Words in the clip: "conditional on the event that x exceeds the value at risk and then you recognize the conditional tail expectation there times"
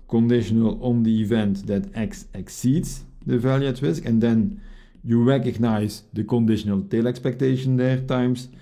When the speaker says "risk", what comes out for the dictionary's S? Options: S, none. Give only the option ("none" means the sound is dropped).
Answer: S